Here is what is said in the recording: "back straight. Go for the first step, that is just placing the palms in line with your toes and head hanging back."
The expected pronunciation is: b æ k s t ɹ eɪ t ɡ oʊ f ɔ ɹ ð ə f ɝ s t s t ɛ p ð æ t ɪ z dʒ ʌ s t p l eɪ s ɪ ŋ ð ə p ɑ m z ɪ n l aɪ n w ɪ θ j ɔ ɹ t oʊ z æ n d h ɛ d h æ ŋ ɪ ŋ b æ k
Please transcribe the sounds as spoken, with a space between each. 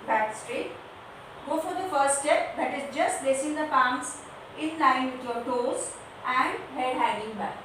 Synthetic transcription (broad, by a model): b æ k s t ɹ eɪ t ɡ oʊ f ɔ ɹ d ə f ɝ t s t ɛ p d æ t ɪ z dʒ ʌ s t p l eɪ s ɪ ŋ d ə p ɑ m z ɪ n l aɪ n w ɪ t j ɔ ɹ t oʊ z æ n d h ɛ d h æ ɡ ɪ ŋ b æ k